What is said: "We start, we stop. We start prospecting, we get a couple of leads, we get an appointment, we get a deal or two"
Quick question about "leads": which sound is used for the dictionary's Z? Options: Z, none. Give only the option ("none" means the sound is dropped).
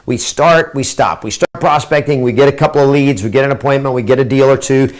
Z